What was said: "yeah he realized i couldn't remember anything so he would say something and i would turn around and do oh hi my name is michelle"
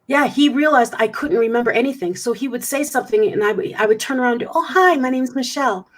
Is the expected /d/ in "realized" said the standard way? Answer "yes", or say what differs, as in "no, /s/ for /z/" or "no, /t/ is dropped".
yes